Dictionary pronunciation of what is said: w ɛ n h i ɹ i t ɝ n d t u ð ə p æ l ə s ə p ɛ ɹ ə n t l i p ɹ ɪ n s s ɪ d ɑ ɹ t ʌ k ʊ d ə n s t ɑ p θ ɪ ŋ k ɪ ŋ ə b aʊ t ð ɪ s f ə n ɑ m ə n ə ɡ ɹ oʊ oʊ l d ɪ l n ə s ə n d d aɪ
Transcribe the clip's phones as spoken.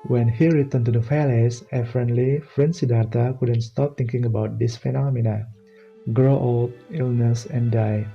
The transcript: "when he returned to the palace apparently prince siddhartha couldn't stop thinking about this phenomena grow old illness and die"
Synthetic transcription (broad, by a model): w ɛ n h i ɹ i t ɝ n t u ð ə f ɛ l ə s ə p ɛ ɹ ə n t l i f ɹ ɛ n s s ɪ d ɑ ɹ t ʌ k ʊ d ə n s t ɑ p t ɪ ŋ k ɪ ŋ ə b aʊ t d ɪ s f ə n ɑ m ə n ə ɡ ɹ oʊ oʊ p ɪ l n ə s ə n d d aɪ